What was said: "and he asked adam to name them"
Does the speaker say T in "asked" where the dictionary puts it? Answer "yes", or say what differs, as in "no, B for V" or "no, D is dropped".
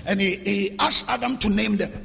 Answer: no, T is dropped